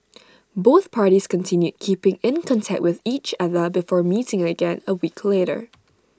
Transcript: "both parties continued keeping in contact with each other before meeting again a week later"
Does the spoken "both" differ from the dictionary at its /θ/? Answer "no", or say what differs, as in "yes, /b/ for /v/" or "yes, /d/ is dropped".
no